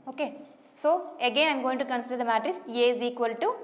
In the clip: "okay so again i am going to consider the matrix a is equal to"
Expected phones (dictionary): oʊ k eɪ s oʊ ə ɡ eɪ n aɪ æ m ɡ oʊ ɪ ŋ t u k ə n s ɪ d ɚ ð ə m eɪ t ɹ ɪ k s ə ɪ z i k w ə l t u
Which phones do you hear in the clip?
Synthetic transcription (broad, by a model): oʊ k eɪ s oʊ ə ɡ eɪ n aɪ m ɡ oʊ ɪ ŋ t u k ə n s ɪ d ɚ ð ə m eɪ t ɹ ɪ s ə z i k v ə l t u